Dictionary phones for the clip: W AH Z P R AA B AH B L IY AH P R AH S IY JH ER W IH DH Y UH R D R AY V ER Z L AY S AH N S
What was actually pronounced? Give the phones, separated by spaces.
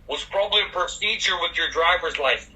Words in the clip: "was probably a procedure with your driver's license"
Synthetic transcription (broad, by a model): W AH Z P R AA B AH B L IY AH P R AH S IY JH ER W IH DH Y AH R D R AY V ER Z L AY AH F